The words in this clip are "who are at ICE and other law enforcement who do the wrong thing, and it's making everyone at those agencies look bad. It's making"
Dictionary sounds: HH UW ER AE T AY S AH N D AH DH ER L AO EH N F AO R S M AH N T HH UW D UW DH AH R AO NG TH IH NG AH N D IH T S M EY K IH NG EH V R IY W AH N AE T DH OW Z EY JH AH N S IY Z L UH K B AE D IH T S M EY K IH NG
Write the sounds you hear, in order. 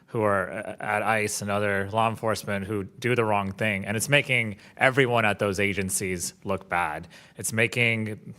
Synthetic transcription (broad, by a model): HH UW ER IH T AY S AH N AH DH ER L AO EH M F AO R S M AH N T HH UW D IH DH AH R AO NG TH IH NG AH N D IH T S M EY K IH NG EH V R IY W AH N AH T DH OW Z EY JH AH N S IY Z L UH K B AE D IH T S M EY K IH NG